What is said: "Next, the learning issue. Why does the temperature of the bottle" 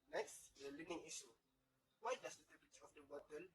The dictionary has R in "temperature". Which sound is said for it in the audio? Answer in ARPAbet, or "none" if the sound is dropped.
none